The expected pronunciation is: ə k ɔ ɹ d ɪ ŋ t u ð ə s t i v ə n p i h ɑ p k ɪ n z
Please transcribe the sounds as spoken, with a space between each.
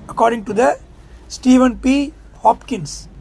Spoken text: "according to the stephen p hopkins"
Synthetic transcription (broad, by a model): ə k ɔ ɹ d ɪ ŋ t u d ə s t i v ə n p i h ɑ p k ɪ n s